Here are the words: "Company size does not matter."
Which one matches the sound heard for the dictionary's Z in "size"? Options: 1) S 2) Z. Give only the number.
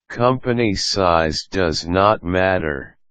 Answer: 2